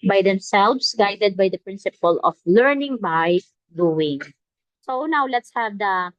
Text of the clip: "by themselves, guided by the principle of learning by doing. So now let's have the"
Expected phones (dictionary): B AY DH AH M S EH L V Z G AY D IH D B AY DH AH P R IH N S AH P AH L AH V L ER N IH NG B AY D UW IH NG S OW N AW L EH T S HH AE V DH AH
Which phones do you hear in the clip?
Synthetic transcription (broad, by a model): B AY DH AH M S EH L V S G AY D IH D B AY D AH P R IH N S AH P AH L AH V L ER N IH NG B AY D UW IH NG S OW N AW L EH T S HH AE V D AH